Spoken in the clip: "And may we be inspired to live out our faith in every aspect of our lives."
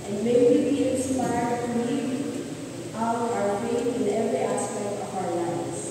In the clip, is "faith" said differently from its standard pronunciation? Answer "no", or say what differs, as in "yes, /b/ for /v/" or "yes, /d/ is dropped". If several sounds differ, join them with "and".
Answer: yes, /p/ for /f/ and /t/ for /θ/